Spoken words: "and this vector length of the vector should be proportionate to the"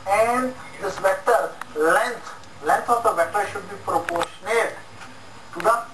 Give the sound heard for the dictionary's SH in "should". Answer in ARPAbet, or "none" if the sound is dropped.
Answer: SH